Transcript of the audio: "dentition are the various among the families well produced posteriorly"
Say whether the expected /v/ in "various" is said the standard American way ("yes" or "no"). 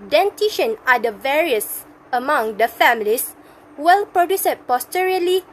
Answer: yes